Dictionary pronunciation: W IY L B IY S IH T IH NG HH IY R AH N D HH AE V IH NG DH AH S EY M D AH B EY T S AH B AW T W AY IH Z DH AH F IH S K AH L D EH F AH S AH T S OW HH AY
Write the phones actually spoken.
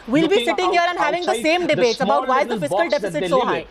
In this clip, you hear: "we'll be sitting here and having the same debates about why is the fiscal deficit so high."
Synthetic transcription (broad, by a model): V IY L B IY S IH T IH NG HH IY R AH N D HH AE V IH NG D AH S EY M D AH B EY T S AH B AW T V AY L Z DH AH F IH S K AH L D EH F AH S AH T SH OW HH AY